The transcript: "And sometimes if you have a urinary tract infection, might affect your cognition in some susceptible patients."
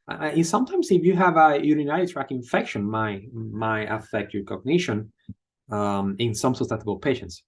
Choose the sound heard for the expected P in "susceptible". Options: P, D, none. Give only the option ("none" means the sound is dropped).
none